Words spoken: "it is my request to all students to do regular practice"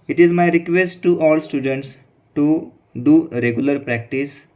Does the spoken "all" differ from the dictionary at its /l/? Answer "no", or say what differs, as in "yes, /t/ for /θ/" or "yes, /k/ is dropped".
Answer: no